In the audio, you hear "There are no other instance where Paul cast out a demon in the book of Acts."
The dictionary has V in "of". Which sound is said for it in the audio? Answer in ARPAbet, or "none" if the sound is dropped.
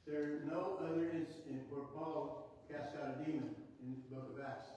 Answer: V